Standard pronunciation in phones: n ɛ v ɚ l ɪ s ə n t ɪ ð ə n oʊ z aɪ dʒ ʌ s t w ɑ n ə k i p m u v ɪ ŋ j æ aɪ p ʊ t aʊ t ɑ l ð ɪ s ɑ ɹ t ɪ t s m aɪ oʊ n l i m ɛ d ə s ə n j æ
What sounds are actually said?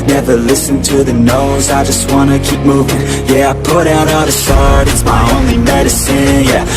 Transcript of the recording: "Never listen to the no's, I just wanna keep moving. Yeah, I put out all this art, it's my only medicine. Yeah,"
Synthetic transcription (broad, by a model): n ɛ v ɚ l ɪ s n t ɪ ð ə n oʊ z aɪ dʒ ʌ s t w ɑ n ə k i p m u v ɪ ŋ j æ aɪ p ʊ t aʊ t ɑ ð ɪ s ɑ ɹ t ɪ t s m aɪ oʊ n l i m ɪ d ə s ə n j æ